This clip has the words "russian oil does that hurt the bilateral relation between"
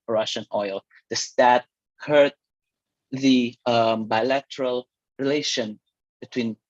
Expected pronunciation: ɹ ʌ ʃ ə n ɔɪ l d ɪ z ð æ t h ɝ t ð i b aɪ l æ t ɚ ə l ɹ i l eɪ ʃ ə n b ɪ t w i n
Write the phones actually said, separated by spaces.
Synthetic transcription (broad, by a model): ɹ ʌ ʃ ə n ɔɪ l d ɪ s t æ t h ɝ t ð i b aɪ l æ t ɚ ə l ɹ i l eɪ ʃ ə n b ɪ t w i n